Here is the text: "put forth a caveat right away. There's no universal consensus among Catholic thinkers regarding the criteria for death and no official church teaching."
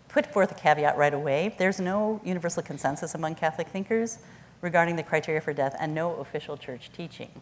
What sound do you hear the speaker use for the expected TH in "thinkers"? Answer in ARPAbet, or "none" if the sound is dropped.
TH